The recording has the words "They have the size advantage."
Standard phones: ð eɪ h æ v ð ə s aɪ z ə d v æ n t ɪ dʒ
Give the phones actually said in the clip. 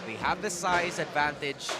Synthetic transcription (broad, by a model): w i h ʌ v ð ə s aɪ z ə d v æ n t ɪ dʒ